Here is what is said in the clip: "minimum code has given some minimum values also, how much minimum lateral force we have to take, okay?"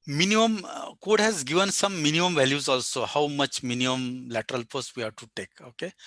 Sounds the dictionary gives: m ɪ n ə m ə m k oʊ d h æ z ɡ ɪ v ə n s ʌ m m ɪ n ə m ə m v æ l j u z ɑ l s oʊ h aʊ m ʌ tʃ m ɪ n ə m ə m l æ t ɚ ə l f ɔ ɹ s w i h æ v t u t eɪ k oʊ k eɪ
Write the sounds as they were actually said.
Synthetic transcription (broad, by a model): m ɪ n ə m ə m k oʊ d h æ z ɡ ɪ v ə n s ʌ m m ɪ n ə m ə m v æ l j u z ɑ l s oʊ h aʊ m ʌ tʃ m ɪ n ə m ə m l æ t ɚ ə l p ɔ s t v i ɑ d t u t eɪ k oʊ k eɪ